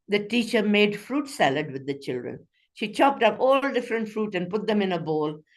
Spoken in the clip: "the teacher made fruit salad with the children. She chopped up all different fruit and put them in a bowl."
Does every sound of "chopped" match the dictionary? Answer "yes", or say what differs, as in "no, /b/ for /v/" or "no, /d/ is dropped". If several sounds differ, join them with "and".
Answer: yes